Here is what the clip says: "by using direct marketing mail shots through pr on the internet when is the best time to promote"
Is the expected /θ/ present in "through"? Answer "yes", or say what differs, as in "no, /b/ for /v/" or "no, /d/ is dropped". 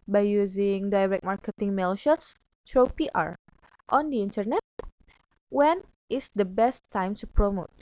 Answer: no, /t/ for /θ/